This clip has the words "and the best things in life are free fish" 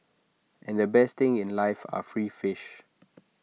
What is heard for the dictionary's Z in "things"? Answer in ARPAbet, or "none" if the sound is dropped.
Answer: none